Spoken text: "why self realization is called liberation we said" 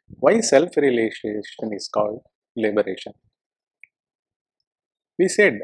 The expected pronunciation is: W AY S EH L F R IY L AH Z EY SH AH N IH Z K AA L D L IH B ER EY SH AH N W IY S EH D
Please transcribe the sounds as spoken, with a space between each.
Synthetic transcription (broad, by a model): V AY S EH L F R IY L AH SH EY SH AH N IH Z K AA L D L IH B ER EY SH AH N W IY S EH D